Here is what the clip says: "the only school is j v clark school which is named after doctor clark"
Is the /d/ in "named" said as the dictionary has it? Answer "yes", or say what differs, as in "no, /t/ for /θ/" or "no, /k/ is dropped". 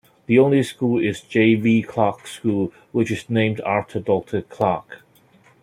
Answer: yes